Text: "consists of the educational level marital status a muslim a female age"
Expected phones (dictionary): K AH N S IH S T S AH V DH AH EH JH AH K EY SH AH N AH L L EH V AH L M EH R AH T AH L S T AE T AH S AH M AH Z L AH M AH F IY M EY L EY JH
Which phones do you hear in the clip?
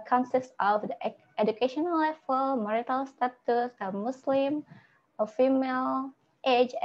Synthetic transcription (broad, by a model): K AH N S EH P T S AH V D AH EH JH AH K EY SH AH N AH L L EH F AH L M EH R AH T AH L S T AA T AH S AH M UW S L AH M AH F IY M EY L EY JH